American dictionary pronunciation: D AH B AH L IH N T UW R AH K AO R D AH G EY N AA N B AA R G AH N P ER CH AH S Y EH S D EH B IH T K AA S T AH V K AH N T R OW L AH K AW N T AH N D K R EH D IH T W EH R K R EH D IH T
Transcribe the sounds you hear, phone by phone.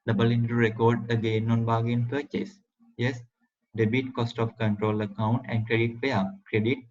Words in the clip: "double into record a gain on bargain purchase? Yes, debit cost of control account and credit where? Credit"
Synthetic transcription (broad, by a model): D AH B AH L IH N T UW R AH K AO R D AH G EY N AA N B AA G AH N P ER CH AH S Y EH S D EH B IH T K AA S T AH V K AH N T R OW L AH K AW N T AH N D K R EH D IH T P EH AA K R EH D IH T